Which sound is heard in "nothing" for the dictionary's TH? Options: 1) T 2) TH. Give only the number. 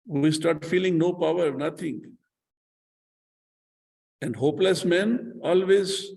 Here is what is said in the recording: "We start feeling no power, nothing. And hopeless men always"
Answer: 1